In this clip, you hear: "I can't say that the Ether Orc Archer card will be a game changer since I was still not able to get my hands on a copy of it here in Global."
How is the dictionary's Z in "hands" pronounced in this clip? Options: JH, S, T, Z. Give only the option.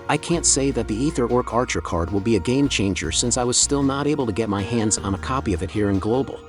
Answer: Z